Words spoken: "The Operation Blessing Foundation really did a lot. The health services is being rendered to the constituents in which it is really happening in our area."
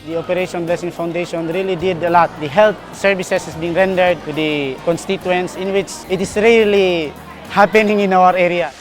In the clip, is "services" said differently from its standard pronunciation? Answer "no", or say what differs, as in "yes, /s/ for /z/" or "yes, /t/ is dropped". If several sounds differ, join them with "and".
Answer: yes, /s/ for /z/